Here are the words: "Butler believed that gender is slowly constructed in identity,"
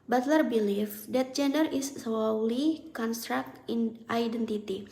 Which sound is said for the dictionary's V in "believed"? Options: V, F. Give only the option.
F